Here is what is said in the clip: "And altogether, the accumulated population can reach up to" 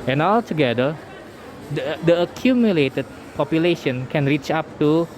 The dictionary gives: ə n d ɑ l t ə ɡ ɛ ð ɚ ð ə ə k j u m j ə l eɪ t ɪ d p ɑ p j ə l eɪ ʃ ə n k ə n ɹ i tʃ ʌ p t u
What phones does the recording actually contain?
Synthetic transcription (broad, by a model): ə n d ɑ l t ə ɡ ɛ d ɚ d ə ə k j u m j ə l eɪ t ɪ d p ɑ p j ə l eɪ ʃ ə n k ə n ɹ i tʃ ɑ p t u